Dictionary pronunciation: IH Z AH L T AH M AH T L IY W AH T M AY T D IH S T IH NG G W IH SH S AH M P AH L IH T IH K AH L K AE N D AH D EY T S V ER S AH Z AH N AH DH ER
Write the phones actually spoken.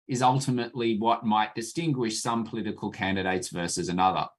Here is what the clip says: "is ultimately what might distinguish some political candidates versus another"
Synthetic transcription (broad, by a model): IH Z AH L T AH M AH T L IY W AH T M AY T D IH S T IH NG G W IH SH S AH M P AH L IH T IH K AH L K AE N D AH D EY T S V ER S AH Z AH N AH DH ER